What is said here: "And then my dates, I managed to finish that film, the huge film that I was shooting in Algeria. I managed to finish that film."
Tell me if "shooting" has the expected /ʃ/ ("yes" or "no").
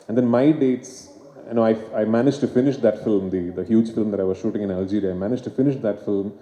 yes